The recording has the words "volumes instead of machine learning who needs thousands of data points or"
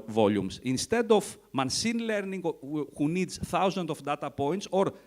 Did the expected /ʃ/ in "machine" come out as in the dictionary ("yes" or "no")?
no